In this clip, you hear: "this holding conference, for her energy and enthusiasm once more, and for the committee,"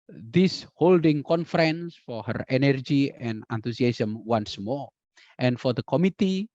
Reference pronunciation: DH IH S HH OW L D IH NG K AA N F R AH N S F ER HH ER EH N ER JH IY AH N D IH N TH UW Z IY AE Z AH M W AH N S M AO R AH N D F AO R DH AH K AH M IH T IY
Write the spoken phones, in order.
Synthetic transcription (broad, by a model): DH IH S HH OW L D IH NG K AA N F R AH N S F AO HH ER EH N ER JH IY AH N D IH N T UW S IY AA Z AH M W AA N S M AO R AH N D F AO R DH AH K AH M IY T IY